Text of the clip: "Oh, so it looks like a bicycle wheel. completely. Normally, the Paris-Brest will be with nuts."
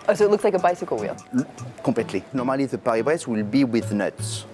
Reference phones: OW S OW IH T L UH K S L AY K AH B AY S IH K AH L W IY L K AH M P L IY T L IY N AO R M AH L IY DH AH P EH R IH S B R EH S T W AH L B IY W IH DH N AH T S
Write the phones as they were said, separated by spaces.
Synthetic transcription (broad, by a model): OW S OW IH T L UH K S L AY K AH B AY S IH K AH L W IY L K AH P L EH T L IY N AO R M AH L IY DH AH P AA R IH B R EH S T W AH L B IY W IH DH N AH T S